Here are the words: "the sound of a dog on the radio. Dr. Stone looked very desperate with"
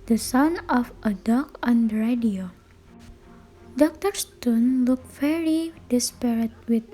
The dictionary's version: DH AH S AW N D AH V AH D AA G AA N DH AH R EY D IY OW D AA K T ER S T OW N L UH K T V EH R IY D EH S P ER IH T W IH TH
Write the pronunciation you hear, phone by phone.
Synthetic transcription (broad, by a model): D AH S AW N AH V AH D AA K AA N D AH R EY D IY OW D AA K T ER S T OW N L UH K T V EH R IY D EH S P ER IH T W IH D